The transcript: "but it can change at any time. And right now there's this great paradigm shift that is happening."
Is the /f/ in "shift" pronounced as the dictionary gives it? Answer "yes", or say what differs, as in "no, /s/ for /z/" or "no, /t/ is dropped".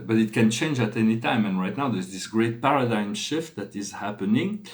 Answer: yes